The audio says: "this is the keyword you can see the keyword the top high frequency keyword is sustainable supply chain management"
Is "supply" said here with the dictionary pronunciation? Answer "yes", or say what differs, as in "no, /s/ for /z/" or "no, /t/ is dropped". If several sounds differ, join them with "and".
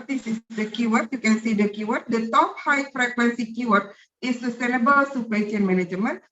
no, /l/ is dropped